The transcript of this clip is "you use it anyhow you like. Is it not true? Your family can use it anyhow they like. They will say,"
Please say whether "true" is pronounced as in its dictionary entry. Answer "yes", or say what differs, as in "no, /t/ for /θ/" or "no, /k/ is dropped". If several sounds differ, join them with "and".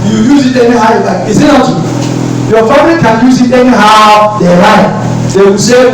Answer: no, /ɹ/ is dropped